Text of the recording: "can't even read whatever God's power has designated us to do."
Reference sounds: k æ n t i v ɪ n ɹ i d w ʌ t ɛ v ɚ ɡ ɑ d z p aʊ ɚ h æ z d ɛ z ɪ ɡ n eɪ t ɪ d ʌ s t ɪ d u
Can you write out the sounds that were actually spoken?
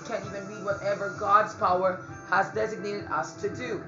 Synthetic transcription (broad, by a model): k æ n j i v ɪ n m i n w ʌ t ɛ v ɚ ɡ ɑ d z p aʊ ɚ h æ z d ɛ z ɪ ɡ n eɪ t ɪ d ʌ s t ɪ d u